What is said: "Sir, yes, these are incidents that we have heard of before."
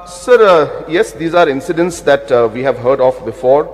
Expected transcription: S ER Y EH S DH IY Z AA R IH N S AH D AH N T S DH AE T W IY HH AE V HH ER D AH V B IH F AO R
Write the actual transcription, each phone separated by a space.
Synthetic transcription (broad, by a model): S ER Y EH S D IY Z AA R IH N S AH D AH N T S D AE T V IY HH AE V HH ER D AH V B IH F AO R